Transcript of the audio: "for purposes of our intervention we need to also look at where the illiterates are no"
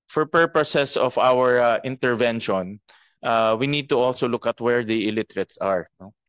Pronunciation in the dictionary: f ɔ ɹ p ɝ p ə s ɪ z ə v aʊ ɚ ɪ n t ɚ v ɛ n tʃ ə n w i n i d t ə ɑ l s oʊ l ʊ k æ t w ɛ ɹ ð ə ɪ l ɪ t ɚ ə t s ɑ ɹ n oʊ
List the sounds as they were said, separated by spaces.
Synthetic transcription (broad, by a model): f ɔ ɹ p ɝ p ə s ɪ s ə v aʊ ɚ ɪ n t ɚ v ɛ n ʃ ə n w i n i d t ə ɑ l s oʊ l ʊ k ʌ t w ɛ ɹ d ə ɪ l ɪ t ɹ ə t s ɑ ɹ n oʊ